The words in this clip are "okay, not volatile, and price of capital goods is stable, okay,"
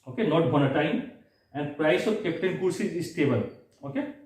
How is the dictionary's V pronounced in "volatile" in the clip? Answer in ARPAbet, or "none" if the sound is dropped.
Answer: B